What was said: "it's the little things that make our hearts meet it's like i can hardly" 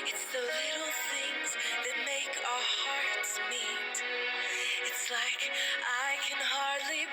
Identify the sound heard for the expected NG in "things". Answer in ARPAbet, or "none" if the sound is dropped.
NG